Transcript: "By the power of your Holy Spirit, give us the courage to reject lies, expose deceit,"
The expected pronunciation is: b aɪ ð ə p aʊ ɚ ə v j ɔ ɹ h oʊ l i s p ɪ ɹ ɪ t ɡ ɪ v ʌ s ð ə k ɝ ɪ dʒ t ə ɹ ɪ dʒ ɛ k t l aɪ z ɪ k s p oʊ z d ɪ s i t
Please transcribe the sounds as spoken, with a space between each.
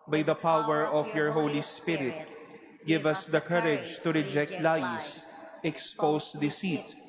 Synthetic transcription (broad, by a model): b aɪ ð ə p aʊ ɚ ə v j ɔ ɹ h oʊ l i s p ɪ ɹ ɪ t ɡ ɪ v ʌ s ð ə k ɝ ɪ dʒ t ə ɹ ɪ dʒ ɛ k t l aɪ s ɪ k s p oʊ s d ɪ s i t